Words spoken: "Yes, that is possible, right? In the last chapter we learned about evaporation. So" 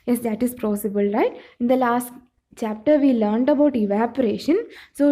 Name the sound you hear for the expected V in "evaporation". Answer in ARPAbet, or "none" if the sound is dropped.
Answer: V